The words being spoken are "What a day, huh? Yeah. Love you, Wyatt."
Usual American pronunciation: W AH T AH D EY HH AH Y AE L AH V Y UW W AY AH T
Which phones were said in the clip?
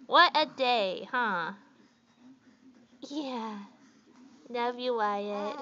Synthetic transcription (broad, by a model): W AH T AH D EY HH AH Y AE N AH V Y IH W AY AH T